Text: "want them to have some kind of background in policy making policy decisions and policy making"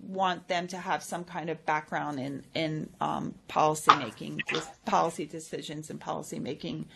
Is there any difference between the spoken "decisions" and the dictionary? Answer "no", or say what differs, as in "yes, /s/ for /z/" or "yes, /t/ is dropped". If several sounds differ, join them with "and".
no